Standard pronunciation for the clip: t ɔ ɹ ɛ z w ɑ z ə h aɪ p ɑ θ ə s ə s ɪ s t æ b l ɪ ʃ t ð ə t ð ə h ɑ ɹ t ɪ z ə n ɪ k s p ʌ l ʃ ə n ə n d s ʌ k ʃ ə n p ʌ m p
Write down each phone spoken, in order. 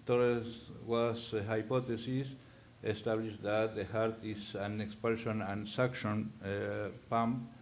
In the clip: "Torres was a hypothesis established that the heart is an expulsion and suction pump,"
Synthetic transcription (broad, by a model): t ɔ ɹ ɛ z w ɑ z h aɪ p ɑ t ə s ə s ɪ s t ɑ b l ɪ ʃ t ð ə t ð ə h ɑ ɹ t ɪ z ə n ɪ k s p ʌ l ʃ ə n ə n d s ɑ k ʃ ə n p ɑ m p